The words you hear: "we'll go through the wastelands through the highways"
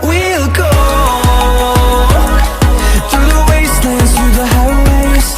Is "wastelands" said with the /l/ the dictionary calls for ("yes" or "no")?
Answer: no